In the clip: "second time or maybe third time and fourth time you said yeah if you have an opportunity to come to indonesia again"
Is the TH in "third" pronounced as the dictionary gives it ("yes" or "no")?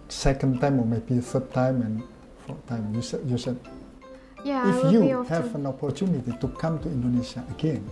no